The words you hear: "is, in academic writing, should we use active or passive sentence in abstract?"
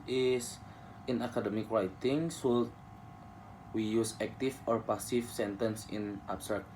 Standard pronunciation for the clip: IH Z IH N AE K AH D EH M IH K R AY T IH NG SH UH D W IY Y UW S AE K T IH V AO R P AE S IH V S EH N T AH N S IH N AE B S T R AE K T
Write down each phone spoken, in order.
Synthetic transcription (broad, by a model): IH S IH N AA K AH D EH M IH K R AY T IH NG S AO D W IY Y UW S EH K T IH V AO R P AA S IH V S EH N T AH N S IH N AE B S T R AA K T